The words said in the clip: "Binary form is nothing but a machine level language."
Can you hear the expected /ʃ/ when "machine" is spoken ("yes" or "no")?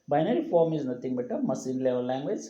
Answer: no